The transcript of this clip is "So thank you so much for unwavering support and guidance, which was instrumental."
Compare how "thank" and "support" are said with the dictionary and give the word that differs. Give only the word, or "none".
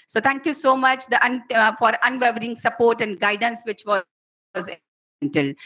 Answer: thank